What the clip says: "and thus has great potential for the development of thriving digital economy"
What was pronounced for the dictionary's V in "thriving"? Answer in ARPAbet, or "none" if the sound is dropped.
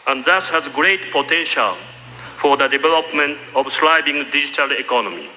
B